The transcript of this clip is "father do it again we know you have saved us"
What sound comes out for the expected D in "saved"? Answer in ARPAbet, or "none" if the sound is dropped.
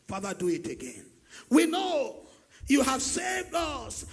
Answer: D